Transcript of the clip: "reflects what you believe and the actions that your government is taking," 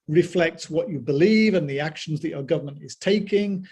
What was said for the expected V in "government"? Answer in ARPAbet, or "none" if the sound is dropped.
V